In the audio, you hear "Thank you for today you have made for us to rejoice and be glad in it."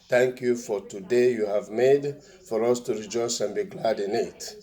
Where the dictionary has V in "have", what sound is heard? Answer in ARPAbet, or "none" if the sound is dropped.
V